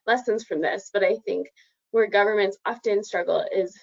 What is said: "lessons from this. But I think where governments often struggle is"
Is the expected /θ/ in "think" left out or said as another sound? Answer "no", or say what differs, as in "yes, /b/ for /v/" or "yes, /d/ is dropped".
no